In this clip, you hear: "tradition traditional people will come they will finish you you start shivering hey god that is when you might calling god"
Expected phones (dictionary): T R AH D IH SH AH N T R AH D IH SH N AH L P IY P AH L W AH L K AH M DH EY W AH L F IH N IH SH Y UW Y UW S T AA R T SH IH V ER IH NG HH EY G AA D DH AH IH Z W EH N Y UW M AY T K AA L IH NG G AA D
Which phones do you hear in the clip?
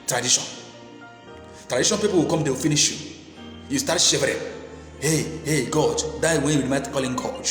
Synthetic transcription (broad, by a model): T R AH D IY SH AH N T R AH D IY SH AH N P IY P AH L W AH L K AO M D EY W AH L F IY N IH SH Y UW Y UW S T AA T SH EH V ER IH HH HH EY G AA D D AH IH W EH N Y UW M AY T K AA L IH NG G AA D